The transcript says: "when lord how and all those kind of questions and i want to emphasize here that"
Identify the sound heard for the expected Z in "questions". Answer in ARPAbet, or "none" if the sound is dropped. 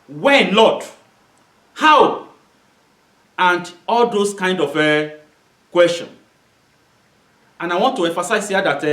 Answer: none